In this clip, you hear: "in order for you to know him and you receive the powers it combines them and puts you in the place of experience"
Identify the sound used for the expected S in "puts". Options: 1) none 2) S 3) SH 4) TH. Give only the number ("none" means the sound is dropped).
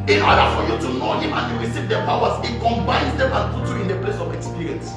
1